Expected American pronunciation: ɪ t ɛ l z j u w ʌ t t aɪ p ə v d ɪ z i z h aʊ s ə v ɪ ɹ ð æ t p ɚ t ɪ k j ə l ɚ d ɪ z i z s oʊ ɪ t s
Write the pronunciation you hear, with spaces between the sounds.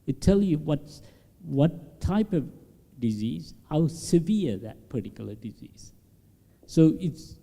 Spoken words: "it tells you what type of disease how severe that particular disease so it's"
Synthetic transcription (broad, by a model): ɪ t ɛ l j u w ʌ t t aɪ p ə v d ɪ z i z h aʊ s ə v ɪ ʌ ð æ t p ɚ t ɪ k j l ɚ d ɪ z i z s oʊ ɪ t s